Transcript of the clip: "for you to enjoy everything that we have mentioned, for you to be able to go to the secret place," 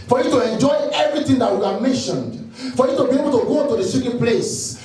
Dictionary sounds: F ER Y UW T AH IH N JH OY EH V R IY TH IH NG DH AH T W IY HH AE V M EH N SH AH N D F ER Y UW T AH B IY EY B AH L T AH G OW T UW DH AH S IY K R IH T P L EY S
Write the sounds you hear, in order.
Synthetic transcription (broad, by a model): F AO Y UW T AH IH N JH OY EH V R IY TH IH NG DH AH T W IY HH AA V M EH N SH AH N D F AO Y UW T AH B IY EY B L T AH G OW T UW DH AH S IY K IH P L EY S